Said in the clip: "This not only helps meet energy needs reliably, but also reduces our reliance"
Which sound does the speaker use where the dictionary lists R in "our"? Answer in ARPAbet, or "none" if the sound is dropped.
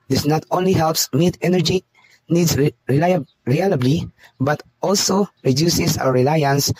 W